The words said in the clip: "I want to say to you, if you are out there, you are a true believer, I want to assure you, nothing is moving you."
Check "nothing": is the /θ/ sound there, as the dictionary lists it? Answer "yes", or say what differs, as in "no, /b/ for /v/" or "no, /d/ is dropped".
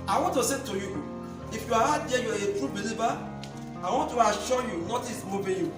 no, /t/ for /θ/